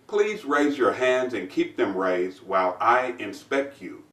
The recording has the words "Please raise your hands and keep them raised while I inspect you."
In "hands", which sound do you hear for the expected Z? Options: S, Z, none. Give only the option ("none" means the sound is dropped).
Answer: Z